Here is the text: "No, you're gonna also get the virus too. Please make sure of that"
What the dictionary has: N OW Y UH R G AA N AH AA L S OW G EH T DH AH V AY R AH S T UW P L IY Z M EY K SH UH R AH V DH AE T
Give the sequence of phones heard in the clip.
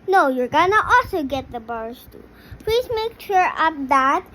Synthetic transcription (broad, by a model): N OW Y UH R G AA N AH AA L S OW G EH T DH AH B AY R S T UW P L IY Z M EY K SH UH R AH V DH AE T